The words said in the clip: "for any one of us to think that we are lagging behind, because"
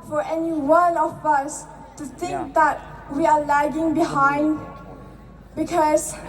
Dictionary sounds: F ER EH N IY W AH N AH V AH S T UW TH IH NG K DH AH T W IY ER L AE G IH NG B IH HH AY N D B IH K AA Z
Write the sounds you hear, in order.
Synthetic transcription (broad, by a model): F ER EH N IY W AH L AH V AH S T UW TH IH NG K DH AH T W IY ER L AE G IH NG B IH HH AY N D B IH K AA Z